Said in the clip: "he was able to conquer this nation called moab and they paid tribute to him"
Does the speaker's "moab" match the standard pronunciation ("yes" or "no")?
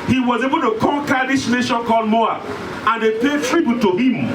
no